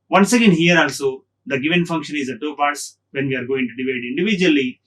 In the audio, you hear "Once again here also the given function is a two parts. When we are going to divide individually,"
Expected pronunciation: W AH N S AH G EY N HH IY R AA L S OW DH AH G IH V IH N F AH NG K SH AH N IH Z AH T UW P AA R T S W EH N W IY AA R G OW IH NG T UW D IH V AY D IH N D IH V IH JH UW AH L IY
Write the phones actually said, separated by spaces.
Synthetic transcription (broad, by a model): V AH N S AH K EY N HH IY R AA L S OW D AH G IH V IH N F AH NG K SH AH N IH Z AH T UW P AA R T S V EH N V IY AA R G OW IH NG T UW D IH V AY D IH N D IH V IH JH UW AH L IY